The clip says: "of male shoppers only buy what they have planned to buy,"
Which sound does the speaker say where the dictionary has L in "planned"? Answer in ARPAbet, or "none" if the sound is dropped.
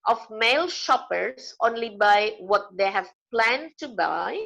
L